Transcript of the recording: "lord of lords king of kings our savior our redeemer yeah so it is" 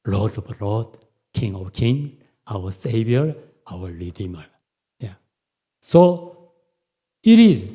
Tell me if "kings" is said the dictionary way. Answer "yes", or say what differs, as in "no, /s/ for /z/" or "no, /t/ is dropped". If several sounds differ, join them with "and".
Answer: no, /z/ is dropped